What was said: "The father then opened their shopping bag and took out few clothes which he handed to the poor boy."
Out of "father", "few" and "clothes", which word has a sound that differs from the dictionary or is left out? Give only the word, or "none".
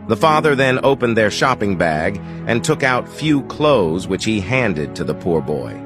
none